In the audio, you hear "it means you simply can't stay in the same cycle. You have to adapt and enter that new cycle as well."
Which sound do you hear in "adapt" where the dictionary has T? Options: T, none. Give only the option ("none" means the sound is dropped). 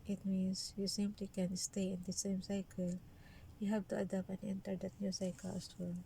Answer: none